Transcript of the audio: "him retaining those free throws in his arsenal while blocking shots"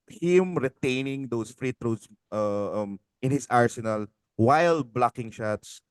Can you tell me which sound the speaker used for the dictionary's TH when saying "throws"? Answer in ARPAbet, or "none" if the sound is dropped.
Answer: T